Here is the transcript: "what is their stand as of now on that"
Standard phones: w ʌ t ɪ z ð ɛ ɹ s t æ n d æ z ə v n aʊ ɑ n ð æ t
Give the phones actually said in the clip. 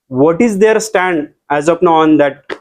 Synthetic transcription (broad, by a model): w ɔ t ɪ z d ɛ ɹ s t æ n d æ z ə p n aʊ ɑ n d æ t